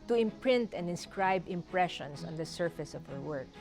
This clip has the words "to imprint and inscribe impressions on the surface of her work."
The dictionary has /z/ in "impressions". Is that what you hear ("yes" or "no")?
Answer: no